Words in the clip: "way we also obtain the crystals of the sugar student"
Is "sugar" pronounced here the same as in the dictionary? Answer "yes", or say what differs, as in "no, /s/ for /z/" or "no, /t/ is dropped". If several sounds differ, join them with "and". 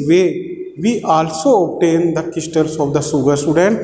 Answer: no, /s/ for /ʃ/